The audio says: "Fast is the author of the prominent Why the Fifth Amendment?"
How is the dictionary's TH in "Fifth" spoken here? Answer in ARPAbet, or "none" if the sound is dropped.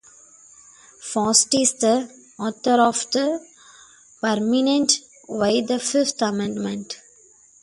T